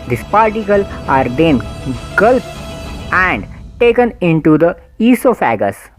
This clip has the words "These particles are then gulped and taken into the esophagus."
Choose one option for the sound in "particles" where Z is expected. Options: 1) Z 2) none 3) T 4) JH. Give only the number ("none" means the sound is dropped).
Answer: 2